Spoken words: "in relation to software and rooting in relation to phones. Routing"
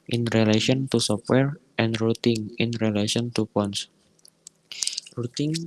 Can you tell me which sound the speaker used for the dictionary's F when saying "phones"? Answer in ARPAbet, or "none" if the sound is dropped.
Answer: P